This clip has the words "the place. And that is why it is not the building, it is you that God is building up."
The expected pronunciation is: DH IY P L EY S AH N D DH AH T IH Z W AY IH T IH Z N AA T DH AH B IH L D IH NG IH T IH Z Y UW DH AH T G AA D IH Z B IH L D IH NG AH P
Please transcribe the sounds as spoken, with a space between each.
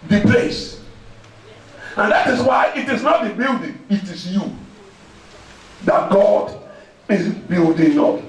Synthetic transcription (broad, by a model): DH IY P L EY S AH N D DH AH T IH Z W AY IH T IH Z N AA T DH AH B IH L D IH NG IH T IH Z Y UW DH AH T G AA D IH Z B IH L D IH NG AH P